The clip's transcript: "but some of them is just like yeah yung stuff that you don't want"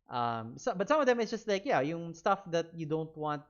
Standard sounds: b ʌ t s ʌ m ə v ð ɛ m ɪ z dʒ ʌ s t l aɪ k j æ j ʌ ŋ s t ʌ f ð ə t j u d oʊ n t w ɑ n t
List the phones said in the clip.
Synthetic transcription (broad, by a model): b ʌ t s ʌ m ə v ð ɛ m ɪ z dʒ ʌ s t l aɪ k j æ j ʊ ŋ s t ʌ f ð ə t j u d oʊ n t w ɑ n t